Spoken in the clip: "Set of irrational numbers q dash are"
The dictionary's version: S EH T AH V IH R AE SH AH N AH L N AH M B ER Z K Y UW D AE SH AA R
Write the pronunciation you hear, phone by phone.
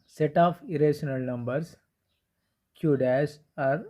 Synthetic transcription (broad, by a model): S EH T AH F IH R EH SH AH N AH L N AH M B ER S K Y UW D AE S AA R